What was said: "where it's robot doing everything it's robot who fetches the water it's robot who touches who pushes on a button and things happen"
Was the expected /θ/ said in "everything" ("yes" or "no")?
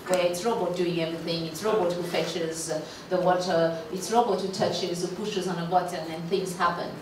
yes